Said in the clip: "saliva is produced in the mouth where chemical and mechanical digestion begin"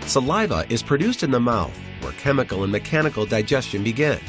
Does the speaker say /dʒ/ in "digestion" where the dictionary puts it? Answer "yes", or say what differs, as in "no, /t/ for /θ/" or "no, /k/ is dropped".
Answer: yes